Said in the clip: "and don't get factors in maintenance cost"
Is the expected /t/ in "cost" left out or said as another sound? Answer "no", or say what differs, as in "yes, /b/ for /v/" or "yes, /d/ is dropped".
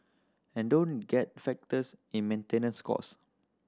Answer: yes, /t/ is dropped